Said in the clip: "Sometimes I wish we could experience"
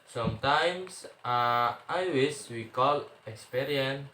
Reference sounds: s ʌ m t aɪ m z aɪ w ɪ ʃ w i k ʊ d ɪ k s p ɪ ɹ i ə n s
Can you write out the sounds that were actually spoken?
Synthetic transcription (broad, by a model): s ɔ m t aɪ m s aɪ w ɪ s w i k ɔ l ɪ k s p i ɹ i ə n